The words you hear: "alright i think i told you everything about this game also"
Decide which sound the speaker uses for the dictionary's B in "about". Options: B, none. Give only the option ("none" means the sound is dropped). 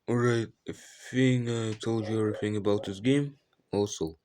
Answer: B